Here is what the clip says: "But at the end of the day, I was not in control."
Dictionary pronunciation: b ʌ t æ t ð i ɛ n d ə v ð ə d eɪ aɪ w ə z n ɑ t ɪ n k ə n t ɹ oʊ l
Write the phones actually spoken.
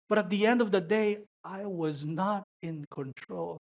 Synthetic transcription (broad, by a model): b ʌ t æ t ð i ɛ n d ə v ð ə d eɪ aɪ w ə z n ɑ t ɪ n k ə n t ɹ oʊ l